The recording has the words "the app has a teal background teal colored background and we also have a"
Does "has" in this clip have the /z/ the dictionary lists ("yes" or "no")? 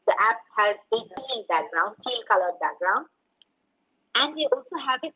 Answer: yes